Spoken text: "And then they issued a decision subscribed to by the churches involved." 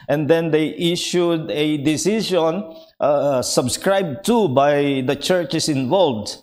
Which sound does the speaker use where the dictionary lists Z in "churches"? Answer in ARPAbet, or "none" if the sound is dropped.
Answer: S